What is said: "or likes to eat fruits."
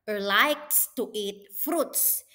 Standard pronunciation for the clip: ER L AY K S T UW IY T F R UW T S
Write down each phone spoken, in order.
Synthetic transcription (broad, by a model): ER L AY K S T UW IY T F R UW T S